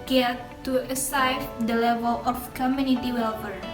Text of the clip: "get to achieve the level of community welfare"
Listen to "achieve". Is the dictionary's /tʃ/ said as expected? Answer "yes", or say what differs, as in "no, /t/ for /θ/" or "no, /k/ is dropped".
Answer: no, /s/ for /tʃ/